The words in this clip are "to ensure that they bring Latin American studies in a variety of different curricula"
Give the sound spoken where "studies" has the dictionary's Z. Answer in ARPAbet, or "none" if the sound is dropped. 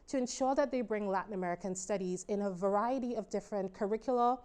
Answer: Z